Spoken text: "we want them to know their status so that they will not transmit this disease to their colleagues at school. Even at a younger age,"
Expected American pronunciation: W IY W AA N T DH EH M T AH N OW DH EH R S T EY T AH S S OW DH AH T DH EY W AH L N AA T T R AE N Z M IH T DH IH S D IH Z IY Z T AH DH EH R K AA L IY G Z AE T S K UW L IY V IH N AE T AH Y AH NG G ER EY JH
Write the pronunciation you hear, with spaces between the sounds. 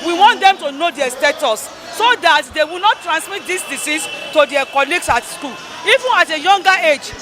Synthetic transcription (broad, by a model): W IY W AA N T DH EH M T AH N OW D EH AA S T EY T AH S S OW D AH T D EY W AH L N AA T T R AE N S M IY T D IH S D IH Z IY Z T AH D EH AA K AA L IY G S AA T S K UW L IY V IH N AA T AH Y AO NG G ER EY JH